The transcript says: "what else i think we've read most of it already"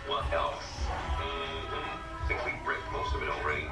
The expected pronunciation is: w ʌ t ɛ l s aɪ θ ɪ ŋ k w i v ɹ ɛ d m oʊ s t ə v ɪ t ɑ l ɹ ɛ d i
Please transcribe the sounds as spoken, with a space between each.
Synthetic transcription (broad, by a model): w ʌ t ɛ l s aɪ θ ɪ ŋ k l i b ɹ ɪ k m oʊ s t ə v ɪ t l ɹ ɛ d i